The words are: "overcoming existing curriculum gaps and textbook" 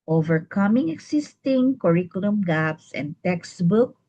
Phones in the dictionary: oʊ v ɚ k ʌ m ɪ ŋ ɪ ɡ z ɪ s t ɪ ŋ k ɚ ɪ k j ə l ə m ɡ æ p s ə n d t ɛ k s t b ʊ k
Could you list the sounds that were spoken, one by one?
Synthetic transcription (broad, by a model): oʊ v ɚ k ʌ m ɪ ŋ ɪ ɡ s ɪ s t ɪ ŋ k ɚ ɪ k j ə l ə m ɡ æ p s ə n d t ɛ k s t b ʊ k